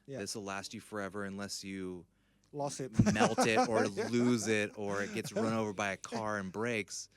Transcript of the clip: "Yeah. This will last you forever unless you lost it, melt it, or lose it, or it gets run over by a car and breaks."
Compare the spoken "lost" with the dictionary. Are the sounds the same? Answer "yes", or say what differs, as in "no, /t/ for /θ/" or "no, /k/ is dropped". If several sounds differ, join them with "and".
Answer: no, /t/ is dropped